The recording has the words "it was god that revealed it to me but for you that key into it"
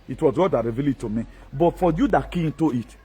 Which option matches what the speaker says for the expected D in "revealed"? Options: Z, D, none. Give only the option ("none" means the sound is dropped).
none